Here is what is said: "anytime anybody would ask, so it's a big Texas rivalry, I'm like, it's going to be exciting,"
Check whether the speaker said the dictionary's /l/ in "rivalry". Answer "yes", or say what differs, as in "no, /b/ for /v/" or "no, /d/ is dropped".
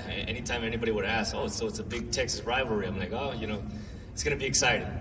no, /l/ is dropped